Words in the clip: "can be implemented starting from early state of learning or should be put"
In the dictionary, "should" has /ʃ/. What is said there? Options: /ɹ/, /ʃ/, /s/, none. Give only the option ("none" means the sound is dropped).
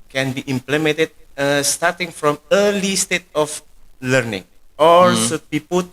/s/